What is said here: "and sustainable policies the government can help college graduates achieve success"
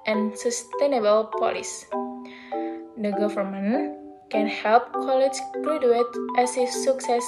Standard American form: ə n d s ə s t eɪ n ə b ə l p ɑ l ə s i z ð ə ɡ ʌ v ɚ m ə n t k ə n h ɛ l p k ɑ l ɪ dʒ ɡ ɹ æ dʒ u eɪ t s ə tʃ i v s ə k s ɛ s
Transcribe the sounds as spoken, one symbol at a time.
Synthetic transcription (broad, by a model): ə n s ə s t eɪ n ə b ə l p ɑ l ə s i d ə ɡ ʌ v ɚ m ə n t k ə n h ɛ l p k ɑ l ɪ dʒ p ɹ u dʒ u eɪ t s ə s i s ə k s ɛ s